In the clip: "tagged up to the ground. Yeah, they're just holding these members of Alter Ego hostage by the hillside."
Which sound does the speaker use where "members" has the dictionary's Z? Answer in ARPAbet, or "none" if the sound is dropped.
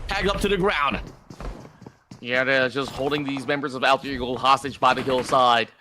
Z